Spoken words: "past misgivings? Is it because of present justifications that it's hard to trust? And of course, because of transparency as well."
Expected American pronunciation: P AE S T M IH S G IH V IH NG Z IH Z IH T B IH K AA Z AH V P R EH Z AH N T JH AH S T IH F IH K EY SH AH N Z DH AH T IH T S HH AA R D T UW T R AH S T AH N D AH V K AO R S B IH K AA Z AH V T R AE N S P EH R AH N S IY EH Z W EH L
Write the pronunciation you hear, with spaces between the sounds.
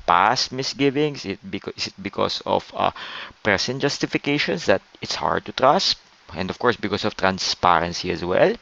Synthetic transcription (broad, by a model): P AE S T M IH S G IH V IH NG S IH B IH T B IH K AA S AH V P R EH S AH N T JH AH S T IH F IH K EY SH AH N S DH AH T IH T S HH AA R D T UW T R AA S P AH N D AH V K AO R S B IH K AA S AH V T R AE N S P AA R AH N S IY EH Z W EH L